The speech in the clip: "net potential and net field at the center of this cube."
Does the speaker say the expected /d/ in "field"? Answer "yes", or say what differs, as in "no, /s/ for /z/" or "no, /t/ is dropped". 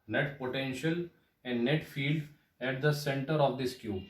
yes